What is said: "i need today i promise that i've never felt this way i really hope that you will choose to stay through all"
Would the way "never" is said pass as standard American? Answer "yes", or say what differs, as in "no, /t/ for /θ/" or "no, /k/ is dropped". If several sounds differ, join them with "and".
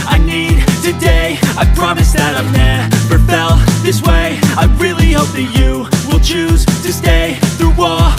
no, /p/ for /v/